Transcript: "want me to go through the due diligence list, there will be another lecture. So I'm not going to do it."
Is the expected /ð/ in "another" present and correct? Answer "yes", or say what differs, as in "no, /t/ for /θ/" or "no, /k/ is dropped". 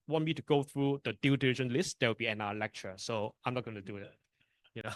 no, /ð/ is dropped